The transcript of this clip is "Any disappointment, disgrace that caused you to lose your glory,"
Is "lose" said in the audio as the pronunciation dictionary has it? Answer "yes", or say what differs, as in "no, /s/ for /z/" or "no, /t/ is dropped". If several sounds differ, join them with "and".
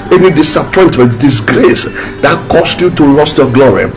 no, /s/ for /z/